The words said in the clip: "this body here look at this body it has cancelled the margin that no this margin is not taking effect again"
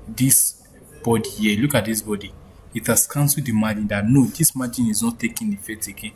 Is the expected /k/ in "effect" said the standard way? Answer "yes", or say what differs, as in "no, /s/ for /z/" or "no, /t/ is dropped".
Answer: no, /k/ is dropped